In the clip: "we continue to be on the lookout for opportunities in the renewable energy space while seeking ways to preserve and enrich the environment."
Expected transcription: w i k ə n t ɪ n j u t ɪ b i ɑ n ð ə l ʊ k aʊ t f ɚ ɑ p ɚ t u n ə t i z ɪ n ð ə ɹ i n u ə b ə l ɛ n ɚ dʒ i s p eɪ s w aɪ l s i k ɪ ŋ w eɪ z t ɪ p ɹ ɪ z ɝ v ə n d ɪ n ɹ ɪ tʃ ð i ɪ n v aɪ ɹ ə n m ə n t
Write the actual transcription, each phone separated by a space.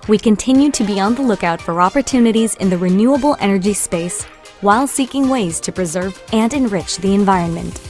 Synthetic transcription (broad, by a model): w i k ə n t ɪ n j u t ɪ b i ɑ n ð ə l ʊ k aʊ t f ɚ ɑ p ɚ t u n ə t i z ɪ n ð ə ɹ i n u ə b l ɛ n ɚ dʒ i s p eɪ s w aɪ l s i k ɪ ŋ w eɪ z t ɪ p ɹ ɪ z ɝ v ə n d ɪ n ɹ ɪ tʃ ð i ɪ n v aɪ ɹ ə n m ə n t